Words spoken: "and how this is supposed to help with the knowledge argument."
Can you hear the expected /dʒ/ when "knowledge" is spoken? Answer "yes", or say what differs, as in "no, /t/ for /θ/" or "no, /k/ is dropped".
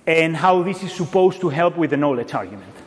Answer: no, /tʃ/ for /dʒ/